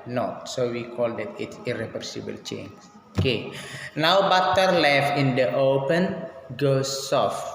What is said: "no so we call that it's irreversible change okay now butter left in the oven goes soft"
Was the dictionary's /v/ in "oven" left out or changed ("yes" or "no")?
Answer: yes